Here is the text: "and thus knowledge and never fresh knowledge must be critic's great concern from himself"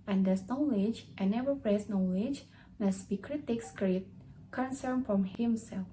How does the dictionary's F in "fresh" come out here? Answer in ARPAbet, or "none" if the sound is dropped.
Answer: P